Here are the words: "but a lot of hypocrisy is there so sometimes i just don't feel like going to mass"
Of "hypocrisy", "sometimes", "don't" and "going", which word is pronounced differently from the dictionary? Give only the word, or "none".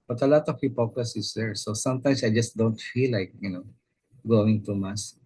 sometimes